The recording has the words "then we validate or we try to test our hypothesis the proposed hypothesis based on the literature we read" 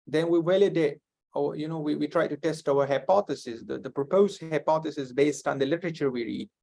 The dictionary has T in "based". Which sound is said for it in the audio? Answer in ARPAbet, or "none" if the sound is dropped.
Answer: T